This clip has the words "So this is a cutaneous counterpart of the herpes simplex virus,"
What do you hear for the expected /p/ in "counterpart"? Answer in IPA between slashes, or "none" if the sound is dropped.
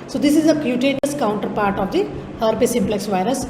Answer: /p/